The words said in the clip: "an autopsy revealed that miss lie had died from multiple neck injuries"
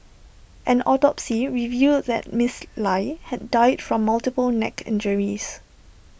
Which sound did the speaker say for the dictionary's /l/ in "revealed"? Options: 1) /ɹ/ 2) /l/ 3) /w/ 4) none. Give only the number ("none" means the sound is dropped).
4